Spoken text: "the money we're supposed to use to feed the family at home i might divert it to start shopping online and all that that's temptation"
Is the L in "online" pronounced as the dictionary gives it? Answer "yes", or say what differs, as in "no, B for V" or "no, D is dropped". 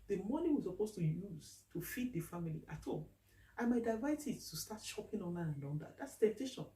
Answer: no, L is dropped